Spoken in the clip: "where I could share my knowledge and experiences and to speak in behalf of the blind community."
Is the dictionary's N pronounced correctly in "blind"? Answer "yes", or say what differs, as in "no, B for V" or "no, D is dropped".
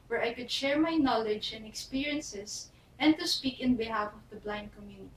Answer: yes